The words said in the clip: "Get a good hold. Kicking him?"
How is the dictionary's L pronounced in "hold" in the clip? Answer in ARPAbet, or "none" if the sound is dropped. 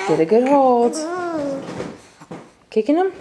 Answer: none